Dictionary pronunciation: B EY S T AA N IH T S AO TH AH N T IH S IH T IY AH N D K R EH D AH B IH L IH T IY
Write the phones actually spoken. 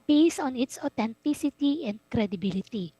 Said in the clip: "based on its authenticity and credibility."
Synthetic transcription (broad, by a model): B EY S AA N IH T S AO T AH N T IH S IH T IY AH N D K R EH D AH B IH L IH T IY